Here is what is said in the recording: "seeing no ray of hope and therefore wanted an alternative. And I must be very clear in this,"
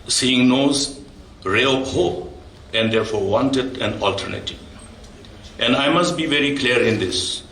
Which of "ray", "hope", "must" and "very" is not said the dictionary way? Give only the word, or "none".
hope